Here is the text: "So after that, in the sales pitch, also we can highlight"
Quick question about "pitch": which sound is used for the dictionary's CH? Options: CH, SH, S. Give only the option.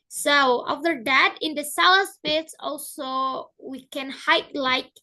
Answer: S